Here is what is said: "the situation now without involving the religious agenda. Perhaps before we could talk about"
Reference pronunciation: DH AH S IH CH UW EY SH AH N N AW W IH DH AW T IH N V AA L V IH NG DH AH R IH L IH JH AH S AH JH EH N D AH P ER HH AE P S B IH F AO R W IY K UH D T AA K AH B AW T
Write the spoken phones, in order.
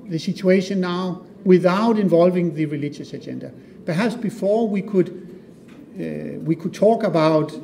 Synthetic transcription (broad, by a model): DH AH S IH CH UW EY SH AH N N AW W IH DH AW T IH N V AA L V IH NG DH AH R IH L IH JH AH S AH JH EH N D AH P ER HH AE P S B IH F AO W W IY K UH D T AA K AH B AW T